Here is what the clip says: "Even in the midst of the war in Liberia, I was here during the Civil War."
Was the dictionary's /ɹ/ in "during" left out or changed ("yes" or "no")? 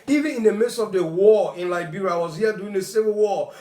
yes